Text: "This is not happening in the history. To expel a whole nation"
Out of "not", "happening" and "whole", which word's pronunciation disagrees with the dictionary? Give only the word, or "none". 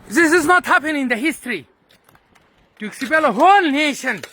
happening